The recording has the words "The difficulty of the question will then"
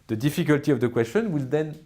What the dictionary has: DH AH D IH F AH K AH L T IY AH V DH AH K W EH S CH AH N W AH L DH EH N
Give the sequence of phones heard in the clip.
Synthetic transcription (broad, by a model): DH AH D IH F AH K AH L T IY AH V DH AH K W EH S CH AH N W AH L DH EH N